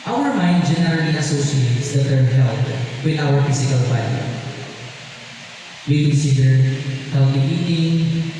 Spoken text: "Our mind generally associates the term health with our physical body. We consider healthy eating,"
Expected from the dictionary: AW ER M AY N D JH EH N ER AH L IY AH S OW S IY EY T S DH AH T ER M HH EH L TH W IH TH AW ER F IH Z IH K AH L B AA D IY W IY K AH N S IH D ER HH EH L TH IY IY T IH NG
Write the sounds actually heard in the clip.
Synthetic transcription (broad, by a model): AW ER M AY N D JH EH N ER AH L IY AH S OW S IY EY T S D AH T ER HH EH L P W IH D AW ER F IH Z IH K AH L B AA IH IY W IY K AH N S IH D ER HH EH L T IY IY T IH NG